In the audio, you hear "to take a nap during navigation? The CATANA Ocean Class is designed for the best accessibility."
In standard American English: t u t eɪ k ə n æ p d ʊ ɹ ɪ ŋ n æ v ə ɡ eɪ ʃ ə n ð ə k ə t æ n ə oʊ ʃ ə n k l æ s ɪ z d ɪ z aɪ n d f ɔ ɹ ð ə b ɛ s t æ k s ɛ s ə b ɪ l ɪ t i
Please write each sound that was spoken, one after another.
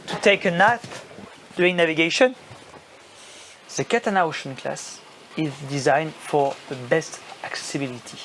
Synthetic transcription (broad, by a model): t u t eɪ k ə n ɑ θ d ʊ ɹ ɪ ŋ n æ v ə ɡ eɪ ʃ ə n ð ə k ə t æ n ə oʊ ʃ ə n k l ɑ s ɪ z d ɪ z aɪ n d f ɔ ɹ ð ə b ɛ s t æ k s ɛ s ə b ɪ l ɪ t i